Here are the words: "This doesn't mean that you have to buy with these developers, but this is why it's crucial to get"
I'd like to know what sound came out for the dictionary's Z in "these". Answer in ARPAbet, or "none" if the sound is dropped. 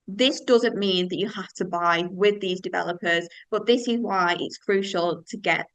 Z